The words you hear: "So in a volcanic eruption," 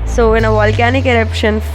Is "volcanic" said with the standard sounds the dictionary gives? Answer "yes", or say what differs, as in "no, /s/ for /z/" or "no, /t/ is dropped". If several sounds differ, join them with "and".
yes